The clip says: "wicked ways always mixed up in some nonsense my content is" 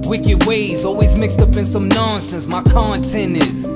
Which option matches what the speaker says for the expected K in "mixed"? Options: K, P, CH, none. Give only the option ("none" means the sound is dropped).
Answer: K